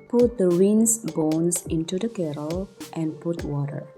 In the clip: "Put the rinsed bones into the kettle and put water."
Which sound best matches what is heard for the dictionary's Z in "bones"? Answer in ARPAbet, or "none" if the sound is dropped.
S